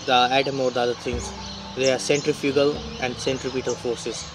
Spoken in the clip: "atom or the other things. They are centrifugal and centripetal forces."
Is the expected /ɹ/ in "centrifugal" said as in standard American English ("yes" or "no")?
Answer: yes